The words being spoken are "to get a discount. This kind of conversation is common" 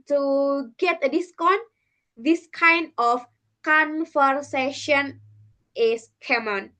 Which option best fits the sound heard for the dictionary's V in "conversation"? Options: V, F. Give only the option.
F